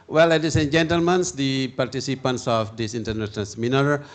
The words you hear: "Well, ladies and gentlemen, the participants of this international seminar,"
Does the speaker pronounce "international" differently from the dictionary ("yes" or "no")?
yes